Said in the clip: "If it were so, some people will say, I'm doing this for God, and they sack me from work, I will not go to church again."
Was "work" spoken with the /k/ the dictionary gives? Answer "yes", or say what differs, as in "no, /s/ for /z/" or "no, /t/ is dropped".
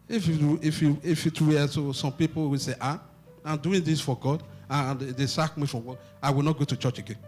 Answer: no, /k/ is dropped